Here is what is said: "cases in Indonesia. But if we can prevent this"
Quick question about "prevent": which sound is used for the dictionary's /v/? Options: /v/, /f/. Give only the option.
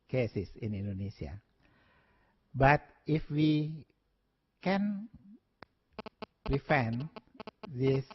/f/